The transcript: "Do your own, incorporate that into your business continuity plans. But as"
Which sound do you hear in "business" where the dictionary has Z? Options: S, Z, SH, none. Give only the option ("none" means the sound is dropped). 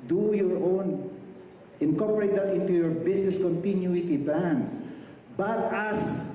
S